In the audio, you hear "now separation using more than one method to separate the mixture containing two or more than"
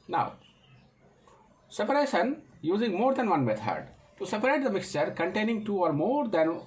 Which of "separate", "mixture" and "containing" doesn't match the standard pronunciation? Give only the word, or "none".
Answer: none